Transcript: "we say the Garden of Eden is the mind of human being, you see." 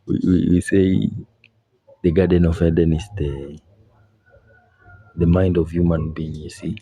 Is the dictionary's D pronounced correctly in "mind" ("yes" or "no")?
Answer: yes